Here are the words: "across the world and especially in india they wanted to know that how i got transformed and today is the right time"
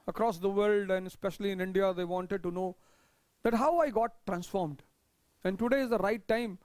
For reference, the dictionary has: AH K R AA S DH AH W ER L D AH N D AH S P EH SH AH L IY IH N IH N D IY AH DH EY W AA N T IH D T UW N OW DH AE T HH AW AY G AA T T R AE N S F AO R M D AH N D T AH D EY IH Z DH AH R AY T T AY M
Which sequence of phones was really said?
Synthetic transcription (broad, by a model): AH K R AA S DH AH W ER L D AH N D AH S P EH SH AH L IY IH N IH N D IY AH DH EY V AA N T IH D T UW N OW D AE T HH AW AY G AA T T R AE N S F AO R M D AH N D T AH D EY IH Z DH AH R AY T T AY M